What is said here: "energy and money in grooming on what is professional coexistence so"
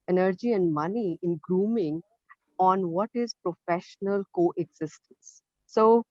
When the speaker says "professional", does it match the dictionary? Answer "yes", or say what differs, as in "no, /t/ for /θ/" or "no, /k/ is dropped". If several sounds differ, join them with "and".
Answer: yes